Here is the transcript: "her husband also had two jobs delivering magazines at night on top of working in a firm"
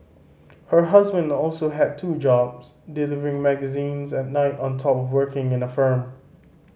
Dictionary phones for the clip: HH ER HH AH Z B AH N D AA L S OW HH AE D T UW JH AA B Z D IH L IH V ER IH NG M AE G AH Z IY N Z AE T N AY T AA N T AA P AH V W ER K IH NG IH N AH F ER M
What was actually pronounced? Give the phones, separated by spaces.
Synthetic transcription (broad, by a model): HH ER HH AH Z B AH N D AA L S OW HH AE D T UW JH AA B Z D IH L IH V ER IH NG M AE G AH Z IY N Z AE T N AY T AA N T AA P AH V W ER K IH NG IH N AH F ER M